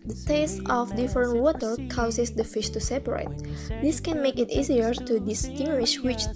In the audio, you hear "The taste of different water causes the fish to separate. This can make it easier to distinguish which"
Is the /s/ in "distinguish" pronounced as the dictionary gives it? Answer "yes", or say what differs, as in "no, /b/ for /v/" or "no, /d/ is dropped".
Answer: yes